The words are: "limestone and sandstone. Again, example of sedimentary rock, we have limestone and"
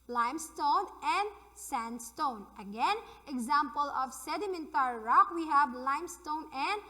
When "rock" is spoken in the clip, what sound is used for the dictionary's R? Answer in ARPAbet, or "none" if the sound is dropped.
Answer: R